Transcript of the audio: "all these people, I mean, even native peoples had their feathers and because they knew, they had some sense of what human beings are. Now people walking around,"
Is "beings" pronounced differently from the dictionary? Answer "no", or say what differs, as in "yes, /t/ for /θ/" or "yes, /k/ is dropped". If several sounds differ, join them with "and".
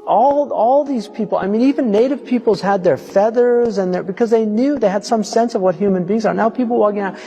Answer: no